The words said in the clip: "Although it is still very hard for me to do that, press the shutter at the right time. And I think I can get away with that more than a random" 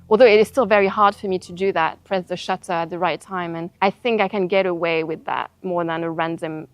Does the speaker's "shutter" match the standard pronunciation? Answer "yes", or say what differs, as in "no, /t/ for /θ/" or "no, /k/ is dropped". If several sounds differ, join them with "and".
yes